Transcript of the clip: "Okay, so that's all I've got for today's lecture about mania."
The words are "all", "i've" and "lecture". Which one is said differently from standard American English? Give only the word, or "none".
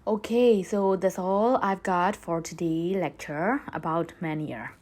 none